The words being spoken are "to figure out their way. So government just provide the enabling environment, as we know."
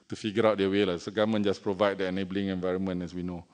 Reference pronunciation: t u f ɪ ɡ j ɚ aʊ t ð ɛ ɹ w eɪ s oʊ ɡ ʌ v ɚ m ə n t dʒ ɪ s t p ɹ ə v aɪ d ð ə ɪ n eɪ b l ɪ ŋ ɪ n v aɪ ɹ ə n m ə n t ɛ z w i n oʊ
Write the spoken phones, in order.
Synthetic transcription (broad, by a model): t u f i ɡ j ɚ aʊ t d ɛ w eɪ s oʊ ɡ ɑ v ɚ m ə n dʒ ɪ s p ɹ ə v aɪ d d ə ɪ n eɪ b l ɪ ŋ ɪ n v aɪ ɹ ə n m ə n ɛ s w i n oʊ